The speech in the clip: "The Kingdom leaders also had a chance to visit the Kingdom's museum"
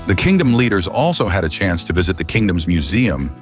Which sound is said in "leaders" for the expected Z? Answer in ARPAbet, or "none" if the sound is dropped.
Z